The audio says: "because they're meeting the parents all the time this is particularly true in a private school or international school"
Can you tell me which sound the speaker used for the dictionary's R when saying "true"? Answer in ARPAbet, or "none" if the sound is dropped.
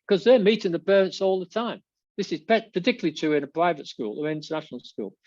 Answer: none